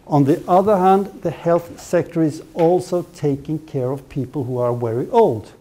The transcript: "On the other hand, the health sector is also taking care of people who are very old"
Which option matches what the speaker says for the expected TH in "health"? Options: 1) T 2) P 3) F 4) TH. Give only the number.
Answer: 4